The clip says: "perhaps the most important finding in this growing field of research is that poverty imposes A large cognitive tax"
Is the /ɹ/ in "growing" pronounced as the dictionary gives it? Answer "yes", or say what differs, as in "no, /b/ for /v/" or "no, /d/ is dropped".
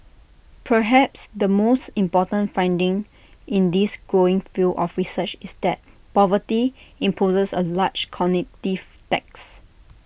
yes